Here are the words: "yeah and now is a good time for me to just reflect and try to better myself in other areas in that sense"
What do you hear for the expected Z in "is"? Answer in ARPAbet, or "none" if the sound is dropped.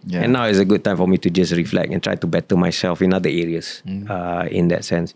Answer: S